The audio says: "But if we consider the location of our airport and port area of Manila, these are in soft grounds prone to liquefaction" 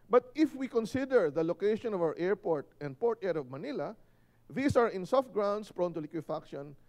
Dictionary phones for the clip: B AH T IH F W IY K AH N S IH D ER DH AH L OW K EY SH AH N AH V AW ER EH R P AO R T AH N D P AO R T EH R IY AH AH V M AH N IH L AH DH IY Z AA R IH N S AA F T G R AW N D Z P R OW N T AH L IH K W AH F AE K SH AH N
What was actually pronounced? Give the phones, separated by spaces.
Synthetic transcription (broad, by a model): B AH T IH F W IY K AH N S IH D ER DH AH L OW K EY SH AH N AH V AW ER EH R P AO R T AH N D P AO R T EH R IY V M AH N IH L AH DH IY S AA R IH N S AA F T G R AW N D S P R OW N T AH L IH K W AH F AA K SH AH N